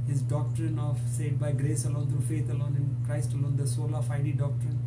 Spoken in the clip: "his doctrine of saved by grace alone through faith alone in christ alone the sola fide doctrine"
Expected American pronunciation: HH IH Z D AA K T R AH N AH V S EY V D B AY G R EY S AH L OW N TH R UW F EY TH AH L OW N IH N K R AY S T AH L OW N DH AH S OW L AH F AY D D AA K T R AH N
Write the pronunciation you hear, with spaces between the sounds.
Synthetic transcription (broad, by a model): HH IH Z D AA K T R AH N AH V S EY D B AY G R EY S AH L OW N T R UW F EY T AH L OW N IH N K R AY S T AH L OW N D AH S OW L AH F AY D D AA K T R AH N